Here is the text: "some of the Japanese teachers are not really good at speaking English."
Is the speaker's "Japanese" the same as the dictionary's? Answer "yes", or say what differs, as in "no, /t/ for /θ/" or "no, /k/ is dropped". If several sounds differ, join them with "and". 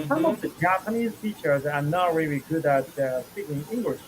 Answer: yes